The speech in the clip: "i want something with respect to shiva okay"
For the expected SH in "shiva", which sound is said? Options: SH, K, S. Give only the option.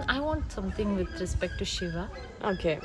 SH